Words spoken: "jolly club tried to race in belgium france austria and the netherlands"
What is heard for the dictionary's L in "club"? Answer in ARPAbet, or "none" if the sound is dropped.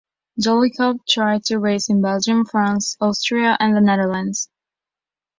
none